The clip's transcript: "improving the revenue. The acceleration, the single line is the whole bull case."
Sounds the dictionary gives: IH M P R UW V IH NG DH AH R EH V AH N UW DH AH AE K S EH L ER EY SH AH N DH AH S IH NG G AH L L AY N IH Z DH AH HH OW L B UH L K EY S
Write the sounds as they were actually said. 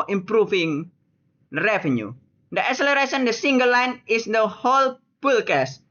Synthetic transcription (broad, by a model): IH M P R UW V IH NG R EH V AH N UW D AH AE K S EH L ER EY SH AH N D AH S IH NG G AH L L AY N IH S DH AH HH OW L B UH L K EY S